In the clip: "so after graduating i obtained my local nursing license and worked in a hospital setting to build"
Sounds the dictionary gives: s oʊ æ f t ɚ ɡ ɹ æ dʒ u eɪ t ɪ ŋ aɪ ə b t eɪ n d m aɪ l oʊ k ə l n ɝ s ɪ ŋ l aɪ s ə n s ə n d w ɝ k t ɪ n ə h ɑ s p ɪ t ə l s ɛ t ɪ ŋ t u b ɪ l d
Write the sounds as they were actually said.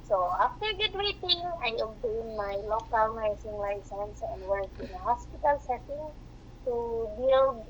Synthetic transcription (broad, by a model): s oʊ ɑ f t ɚ ɡ u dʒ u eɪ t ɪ ŋ aɪ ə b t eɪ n m aɪ l oʊ k ə l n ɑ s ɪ ŋ l aɪ s ə n s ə n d w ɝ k ɪ n ə h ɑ s p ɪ t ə l s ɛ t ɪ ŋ t u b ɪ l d